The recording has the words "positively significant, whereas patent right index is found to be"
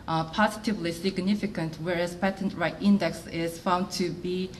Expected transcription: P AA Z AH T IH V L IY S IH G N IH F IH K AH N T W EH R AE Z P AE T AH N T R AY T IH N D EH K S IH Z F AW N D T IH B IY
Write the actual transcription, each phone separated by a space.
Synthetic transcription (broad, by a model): P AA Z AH T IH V L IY S IH G N IH F IH K AH N T W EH R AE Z P AE T AH N T R AY T IH N D EH K S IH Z F AW N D T IH B IY